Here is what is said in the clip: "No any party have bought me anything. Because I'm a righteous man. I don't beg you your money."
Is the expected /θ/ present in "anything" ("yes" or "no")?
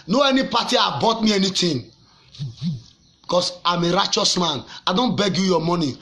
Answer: no